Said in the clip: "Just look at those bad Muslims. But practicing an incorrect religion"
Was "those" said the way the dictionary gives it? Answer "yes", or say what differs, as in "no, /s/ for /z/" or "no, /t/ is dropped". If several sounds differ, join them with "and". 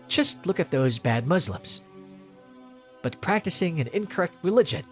yes